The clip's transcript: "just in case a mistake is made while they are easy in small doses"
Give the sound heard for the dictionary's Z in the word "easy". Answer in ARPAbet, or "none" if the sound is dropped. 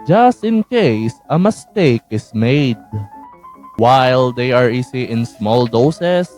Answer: S